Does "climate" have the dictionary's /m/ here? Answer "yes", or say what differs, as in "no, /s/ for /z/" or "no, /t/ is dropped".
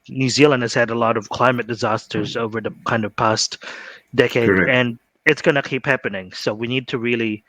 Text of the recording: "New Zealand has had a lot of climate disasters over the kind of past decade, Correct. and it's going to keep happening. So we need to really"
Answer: yes